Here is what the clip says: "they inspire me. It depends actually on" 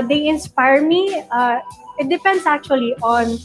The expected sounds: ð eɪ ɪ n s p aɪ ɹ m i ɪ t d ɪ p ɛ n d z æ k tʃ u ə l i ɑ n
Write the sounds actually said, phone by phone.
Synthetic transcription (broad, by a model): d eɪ ɪ n s p aɪ ɹ m i ɪ t d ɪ p ɛ n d s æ k tʃ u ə l i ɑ n